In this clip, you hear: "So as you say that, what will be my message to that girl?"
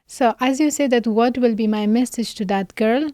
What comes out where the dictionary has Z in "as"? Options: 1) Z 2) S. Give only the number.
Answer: 1